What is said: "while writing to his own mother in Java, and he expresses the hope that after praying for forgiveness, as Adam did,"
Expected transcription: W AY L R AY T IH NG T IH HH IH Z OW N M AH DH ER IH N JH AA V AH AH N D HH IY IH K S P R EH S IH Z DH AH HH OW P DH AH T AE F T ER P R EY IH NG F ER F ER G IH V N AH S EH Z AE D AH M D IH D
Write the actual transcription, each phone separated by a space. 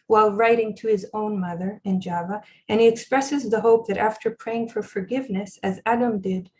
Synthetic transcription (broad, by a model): W AY L R AY T IH NG T IH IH Z OW N M AH DH ER IH N JH AA V AH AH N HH IY IH K S P R EH S IH Z DH AH HH OW P DH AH T AE F T ER P R EY IH NG F ER F ER G IH V N AH S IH Z AE D AH M D IH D